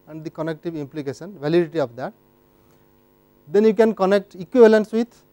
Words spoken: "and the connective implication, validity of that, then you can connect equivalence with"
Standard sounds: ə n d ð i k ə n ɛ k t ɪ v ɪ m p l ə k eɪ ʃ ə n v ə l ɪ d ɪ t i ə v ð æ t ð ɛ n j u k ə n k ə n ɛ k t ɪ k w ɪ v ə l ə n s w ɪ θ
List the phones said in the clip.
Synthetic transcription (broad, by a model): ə n d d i k ə n ɛ k t ɪ v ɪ m p l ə k eɪ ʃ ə n v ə l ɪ d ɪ t i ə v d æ t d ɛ n j u k ə n k ə n ɛ k t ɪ k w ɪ v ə l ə n s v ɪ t